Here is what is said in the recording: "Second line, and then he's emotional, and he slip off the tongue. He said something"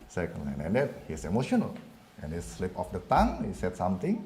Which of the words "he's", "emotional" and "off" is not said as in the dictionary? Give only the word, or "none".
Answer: he's